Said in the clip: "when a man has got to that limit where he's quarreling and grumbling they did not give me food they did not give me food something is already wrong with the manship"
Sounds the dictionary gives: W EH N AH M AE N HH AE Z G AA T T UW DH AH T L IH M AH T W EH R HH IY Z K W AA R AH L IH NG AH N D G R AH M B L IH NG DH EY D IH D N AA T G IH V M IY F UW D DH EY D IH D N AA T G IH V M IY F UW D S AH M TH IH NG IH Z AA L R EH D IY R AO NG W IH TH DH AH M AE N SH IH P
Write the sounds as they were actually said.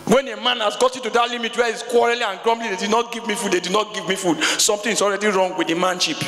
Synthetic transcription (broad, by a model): W EH N AH M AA N HH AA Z G AA T T UW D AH T L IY M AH T W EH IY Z K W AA R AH L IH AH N G R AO M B L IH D EY D IH D N AA T G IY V M IY F UW D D EY D IH D N AA T G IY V M IY F UW D S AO M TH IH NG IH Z AA L R EH D IY R AO NG W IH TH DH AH M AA N SH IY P